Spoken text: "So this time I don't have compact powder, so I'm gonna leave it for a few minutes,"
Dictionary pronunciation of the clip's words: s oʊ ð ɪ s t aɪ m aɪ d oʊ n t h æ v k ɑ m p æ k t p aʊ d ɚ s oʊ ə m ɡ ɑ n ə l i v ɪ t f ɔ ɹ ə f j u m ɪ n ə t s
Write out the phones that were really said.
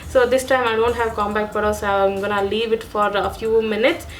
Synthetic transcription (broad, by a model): s oʊ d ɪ s t aɪ m aɪ d oʊ n t h æ v k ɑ m b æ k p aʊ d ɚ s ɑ ə m ɡ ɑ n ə l i v ɪ t f ɔ ɹ ə f j u m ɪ n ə t s